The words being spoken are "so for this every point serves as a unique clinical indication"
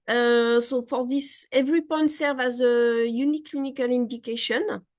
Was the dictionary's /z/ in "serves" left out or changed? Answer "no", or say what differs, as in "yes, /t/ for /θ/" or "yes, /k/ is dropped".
yes, /z/ is dropped